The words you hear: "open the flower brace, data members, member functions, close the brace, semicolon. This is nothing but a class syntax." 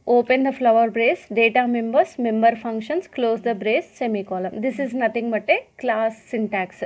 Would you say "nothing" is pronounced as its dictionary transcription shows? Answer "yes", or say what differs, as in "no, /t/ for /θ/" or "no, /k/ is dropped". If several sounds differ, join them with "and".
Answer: no, /t/ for /θ/